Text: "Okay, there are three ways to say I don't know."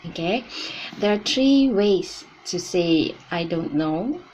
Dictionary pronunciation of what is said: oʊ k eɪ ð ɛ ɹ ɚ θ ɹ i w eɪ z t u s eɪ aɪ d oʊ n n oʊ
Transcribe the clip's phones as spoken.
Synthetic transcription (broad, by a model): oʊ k eɪ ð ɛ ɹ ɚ t ɹ i w eɪ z t u s eɪ aɪ d oʊ n n oʊ